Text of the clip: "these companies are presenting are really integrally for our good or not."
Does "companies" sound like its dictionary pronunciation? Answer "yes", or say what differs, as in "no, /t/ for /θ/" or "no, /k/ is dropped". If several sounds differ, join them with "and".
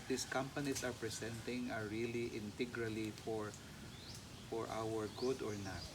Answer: no, /s/ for /z/